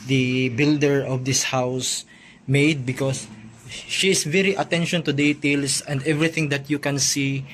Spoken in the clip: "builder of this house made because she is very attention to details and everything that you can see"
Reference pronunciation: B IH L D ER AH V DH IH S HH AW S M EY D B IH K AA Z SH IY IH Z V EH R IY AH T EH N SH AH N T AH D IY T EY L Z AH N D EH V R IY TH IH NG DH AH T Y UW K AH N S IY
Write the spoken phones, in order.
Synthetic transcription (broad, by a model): B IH L D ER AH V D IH S HH AW S M EY D B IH K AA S SH IY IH S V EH R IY AH T EH N SH AH N T AH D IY T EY L S AH N D EH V R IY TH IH NG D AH T Y UW K AH N S IY